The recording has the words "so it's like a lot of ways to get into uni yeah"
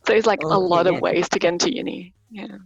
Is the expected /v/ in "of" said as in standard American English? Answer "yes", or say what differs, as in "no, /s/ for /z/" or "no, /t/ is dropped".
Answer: yes